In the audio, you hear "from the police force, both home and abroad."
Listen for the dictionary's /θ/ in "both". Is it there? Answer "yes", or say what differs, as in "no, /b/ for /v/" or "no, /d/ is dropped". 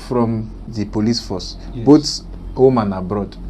no, /t/ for /θ/